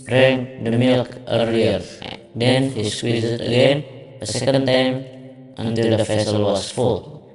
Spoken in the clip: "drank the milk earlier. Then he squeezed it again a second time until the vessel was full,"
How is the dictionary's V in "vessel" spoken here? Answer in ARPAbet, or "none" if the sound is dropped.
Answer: F